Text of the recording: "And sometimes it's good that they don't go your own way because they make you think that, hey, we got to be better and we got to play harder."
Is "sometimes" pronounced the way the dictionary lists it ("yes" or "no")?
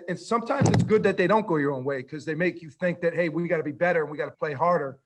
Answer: yes